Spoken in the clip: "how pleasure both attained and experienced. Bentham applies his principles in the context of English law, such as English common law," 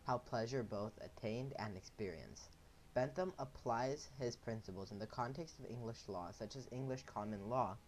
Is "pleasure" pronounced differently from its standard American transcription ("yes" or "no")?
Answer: no